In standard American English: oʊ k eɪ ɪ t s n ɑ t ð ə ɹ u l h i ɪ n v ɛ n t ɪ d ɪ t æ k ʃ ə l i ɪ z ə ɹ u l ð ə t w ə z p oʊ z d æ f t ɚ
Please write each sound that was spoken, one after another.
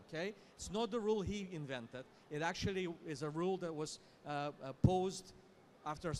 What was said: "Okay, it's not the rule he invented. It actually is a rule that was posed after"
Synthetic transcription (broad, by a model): k eɪ ɪ t s n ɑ t ð ə ɹ u l h i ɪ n v ɛ n t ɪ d ɪ t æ k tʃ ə l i ɪ z ə ɹ u l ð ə t w ə z p oʊ z d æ f t ɚ